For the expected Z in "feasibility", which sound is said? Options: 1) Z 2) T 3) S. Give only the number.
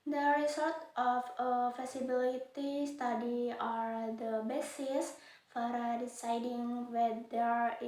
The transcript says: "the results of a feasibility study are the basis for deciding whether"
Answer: 3